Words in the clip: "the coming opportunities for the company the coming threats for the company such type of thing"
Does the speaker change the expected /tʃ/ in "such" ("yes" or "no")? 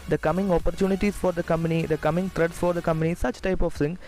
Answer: no